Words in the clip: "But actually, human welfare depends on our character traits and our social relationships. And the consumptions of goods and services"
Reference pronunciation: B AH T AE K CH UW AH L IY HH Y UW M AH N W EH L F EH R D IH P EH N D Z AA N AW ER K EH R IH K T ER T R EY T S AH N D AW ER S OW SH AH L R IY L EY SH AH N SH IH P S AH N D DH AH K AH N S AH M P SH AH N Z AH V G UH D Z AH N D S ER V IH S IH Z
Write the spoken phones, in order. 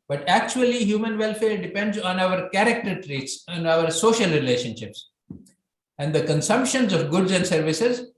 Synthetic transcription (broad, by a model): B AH T AE K CH UW AH L IY HH Y UW M AH N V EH L F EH R D IH P EH N D Z AA N AW ER K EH R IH K T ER T R EY T S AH N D AW ER S OW SH AH L R IY L EY SH AH N SH IH P S AH N D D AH K AH N S AH M P SH AH N Z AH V G UH D Z AH N D S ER V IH S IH Z